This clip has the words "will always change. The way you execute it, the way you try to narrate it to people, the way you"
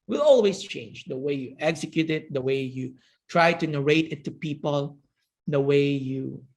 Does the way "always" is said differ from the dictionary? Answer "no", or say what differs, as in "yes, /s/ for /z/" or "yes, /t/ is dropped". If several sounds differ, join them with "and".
yes, /s/ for /z/